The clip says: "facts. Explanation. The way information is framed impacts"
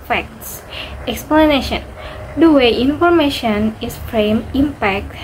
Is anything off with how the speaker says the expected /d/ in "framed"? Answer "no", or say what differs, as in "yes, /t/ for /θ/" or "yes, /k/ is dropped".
yes, /d/ is dropped